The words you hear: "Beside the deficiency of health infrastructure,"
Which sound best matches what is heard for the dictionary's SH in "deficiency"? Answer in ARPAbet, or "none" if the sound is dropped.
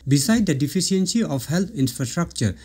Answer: S